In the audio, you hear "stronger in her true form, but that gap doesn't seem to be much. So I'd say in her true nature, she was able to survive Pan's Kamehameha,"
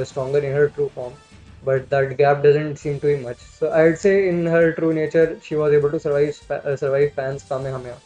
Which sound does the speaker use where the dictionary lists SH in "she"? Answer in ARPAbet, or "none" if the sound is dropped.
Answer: SH